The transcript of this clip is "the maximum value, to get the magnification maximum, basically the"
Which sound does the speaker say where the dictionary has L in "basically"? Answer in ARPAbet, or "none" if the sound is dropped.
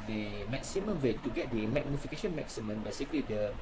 L